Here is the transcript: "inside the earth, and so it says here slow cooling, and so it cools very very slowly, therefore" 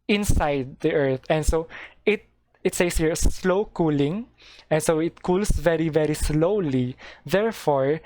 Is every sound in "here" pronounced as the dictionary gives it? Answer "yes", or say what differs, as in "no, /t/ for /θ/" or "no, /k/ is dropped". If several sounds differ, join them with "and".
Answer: yes